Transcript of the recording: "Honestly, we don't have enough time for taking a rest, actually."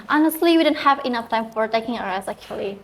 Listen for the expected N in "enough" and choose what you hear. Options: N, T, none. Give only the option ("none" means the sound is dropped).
N